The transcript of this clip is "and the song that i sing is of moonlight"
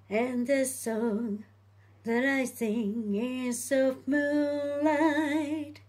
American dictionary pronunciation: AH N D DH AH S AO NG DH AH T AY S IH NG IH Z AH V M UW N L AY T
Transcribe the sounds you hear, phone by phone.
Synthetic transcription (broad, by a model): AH N DH AH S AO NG DH AH T AY S IH NG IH S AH F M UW L AY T